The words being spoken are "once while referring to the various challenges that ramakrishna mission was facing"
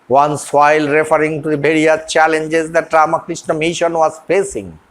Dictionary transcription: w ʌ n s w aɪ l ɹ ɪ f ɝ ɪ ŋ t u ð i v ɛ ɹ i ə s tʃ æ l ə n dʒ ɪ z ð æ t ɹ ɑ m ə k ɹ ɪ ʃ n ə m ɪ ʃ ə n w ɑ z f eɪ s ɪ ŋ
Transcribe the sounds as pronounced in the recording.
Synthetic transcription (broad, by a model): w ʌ n s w aɪ l ɹ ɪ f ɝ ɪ ŋ t u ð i b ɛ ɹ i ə tʃ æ l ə n dʒ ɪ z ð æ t ɹ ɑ m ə k ɹ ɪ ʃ n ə m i ʃ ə n w ɑ z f eɪ s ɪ ŋ